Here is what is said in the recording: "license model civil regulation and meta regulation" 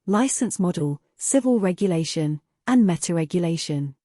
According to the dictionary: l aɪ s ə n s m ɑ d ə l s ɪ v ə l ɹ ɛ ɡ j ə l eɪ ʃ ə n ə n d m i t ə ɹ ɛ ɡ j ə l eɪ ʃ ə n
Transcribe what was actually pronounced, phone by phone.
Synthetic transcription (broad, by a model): l aɪ s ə n s m ɑ d ə l s ɪ v ə l ɹ ɛ ɡ j ə l eɪ ʃ ə n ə n m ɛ t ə ɹ ɛ ɡ j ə l eɪ ʃ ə n